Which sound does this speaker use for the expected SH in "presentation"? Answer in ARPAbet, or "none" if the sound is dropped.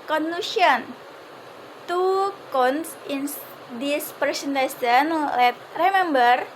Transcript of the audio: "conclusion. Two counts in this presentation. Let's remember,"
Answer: S